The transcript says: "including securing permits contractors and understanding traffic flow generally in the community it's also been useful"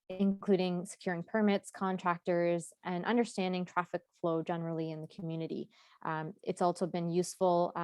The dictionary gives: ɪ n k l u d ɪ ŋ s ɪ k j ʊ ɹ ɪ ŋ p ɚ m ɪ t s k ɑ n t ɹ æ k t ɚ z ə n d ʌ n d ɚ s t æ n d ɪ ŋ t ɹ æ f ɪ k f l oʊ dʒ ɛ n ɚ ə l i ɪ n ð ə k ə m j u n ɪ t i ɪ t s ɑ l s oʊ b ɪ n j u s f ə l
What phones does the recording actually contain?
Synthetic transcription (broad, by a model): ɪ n k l u d ɪ ŋ s ɪ k j ʊ ɹ ɪ ŋ p ɚ m ɪ t s k ɑ n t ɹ æ k t ɚ z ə n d ʌ n d ɚ s t æ n d ɪ ŋ t ɹ æ f ɪ k f l oʊ dʒ ɛ n ɚ l i ɪ n ð ə k m j u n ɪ t i ɪ t s ɑ l s oʊ b ɪ n j u s f l